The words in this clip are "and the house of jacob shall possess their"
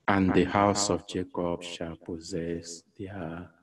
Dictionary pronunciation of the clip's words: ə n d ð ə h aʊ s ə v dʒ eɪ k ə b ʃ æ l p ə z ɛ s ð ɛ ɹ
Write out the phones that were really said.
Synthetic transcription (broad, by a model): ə n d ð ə h aʊ s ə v dʒ eɪ k ə b ʃ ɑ l p ə z ɛ s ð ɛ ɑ